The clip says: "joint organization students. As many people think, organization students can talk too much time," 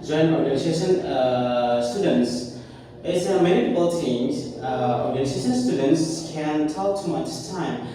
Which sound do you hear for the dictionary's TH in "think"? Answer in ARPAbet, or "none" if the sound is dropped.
T